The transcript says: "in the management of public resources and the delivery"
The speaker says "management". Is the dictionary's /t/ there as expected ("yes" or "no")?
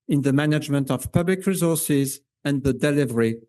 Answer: yes